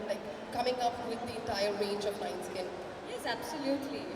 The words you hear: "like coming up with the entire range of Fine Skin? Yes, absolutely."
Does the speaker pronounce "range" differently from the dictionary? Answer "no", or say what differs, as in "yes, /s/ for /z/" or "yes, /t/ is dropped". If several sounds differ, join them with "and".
no